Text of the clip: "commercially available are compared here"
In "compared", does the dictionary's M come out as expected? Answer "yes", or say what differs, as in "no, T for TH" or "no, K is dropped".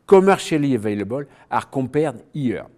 no, M is dropped